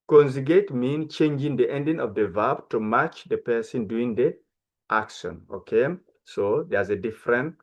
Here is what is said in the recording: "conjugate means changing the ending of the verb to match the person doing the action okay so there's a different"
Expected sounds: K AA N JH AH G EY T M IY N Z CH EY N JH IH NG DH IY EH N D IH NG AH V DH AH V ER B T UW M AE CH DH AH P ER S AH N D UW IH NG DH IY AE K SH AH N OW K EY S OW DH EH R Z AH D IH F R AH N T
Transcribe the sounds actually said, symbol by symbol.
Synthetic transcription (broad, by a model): K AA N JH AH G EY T M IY N CH EY N JH IH NG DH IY EH N D IH NG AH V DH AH V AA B T UW M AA CH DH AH P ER S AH N D UW IH NG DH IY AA K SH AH N OW K EY S OW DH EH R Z AH D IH F R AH N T